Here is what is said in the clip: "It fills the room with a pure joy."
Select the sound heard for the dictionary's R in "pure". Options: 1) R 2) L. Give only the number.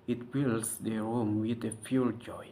2